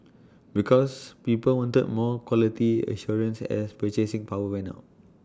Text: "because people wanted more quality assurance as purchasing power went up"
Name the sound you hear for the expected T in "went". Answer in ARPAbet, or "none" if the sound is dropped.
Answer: none